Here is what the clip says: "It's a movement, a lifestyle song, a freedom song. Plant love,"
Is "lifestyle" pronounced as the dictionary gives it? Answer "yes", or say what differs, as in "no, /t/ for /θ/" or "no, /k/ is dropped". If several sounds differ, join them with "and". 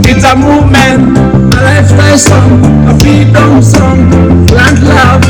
no, /s/ is dropped